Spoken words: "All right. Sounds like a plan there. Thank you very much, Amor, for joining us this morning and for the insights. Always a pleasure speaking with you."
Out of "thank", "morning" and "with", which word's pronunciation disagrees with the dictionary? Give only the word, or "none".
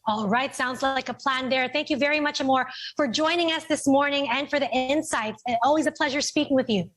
none